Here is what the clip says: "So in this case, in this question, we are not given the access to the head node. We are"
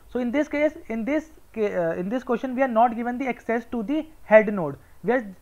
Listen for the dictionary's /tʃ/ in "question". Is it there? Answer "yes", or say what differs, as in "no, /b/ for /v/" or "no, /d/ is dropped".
no, /ʃ/ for /tʃ/